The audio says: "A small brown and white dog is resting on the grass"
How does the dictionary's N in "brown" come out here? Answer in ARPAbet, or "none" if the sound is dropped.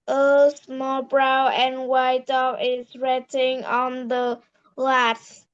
none